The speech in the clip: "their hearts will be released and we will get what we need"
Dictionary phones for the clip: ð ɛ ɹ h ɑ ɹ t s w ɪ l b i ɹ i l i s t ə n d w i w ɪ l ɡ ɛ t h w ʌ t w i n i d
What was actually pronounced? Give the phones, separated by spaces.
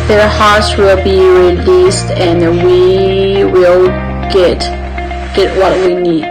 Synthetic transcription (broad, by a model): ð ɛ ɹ h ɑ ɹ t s w ɪ l b i ɹ i l i s t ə n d w i w ɪ l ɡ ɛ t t w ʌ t w i n i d